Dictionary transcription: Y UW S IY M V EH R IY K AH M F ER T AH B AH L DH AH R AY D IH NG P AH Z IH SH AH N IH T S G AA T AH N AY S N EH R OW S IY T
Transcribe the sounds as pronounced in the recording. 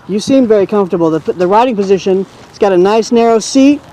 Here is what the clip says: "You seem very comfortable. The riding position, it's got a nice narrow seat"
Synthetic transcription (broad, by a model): Y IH S IY M V EH R IY K AH M F T AH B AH L DH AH R AY D IH NG P AH Z IH SH AH N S G AA T AH N AY S N EH R OW S IY T